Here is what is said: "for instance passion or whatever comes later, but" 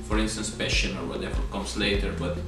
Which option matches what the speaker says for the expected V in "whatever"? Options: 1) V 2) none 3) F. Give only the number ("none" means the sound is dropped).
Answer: 3